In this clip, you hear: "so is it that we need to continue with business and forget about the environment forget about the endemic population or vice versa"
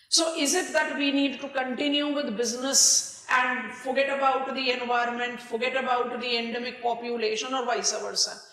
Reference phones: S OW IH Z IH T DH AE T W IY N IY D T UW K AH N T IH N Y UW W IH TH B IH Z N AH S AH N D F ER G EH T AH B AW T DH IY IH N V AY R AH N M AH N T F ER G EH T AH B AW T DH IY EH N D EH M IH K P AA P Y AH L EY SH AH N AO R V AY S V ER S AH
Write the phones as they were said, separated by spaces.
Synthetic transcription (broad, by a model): S OW IH Z IH T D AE T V IY N IY D T UW K AH N T IH N Y UW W IH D B IH Z N AH S AH N D F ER G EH T AH B AW T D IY IH N V AY R AH N M AH N T F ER G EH T AH B AW T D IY EH N D EH M IH K P AA P Y AH L EY SH AH N AO R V AY S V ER S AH